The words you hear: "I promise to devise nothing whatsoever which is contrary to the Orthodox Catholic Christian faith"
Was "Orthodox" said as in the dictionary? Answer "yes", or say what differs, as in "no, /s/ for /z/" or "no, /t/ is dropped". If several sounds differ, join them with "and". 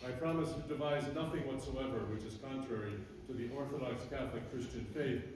yes